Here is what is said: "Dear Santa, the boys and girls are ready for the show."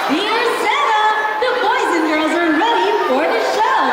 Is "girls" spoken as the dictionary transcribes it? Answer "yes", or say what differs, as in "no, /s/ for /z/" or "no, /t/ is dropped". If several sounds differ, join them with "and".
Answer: yes